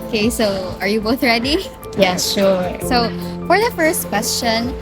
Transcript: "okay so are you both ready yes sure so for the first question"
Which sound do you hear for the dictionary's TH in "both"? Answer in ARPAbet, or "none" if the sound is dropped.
TH